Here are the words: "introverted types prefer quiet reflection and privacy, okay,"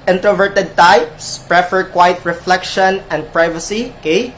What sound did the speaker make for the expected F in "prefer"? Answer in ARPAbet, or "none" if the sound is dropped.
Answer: F